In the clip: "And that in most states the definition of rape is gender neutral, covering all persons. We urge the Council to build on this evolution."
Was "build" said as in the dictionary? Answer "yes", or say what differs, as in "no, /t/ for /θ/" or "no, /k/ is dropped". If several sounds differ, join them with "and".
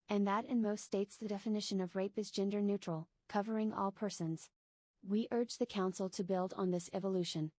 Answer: yes